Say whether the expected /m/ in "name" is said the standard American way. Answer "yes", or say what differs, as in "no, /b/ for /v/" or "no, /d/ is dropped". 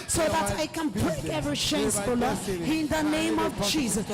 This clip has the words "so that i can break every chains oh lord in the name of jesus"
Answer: yes